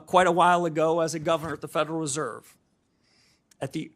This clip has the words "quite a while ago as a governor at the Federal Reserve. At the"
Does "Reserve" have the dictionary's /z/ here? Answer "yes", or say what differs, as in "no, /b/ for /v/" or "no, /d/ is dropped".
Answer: yes